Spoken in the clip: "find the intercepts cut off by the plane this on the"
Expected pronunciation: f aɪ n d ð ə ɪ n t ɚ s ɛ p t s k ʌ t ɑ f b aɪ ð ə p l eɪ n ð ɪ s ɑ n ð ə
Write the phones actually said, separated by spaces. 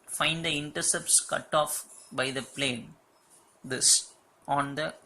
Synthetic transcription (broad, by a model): f aɪ n d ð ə ɪ n t ɚ s ɛ p t s k ʌ t ɑ f b aɪ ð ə p l eɪ n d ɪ s ɑ n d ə